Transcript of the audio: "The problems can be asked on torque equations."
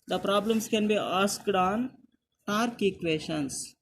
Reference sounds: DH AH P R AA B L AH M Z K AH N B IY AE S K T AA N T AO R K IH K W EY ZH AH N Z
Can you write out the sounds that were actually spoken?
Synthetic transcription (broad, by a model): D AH P R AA B L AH M S K AH N B IY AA S K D AA N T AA R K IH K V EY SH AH N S